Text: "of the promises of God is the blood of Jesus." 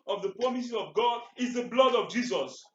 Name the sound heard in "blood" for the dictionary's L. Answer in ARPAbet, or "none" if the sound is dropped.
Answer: L